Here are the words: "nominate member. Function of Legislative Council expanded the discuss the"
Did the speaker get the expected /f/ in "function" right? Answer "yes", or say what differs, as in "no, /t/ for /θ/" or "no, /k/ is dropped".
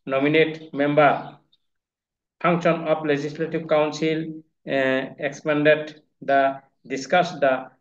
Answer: no, /p/ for /f/